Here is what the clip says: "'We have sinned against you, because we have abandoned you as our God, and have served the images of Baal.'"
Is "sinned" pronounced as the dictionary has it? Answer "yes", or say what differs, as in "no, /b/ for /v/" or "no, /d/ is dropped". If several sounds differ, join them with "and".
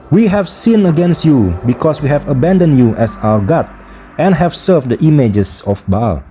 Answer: no, /d/ is dropped